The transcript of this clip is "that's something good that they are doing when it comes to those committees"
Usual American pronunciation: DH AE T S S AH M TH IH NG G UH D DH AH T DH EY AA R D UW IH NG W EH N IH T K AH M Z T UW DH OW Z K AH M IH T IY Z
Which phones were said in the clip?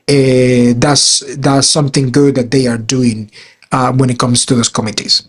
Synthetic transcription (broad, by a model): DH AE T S S AH M TH IH NG G UH D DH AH T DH EY AA R D UW IH NG W EH N IH T K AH M S T UW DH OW S K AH M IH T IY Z